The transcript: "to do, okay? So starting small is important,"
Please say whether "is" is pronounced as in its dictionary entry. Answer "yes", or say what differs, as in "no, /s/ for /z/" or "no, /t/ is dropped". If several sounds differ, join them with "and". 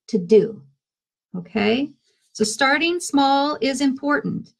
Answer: yes